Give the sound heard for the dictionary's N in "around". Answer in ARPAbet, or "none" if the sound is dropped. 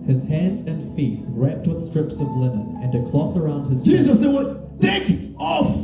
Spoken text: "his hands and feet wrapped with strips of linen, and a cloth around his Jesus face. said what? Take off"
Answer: N